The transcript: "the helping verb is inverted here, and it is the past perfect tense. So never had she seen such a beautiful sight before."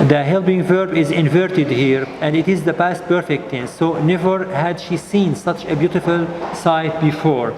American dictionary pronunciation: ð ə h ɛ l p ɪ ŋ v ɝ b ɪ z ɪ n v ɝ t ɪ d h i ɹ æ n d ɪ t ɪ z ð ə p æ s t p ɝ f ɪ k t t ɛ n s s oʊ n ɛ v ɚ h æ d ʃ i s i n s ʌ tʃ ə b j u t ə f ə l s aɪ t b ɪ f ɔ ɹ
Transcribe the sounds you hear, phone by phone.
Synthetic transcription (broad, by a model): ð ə h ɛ l b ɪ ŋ v ɝ b ɪ z ɪ n v ɝ t ɪ d h i ɹ æ n d ɪ t ɪ z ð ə p æ s t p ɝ f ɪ k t t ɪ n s s oʊ n ɛ v ɚ h æ d ʃ i s i n s ʌ tʃ ə b j u t ə f ə l s aɪ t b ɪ f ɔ ɹ